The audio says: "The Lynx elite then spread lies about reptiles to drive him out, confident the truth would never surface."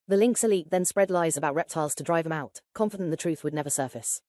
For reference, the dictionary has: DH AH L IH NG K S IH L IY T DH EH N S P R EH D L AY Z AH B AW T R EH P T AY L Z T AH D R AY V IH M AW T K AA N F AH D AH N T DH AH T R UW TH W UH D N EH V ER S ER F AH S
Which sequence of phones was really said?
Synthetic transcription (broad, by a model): DH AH L IH NG K S IH L IY T DH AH N S P R EH D L AY Z AH B AW T R EH P T AY L Z T AH D R AY V IH M AW T K AA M F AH D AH N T DH AH T R UW TH W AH D N EH V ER S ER F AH S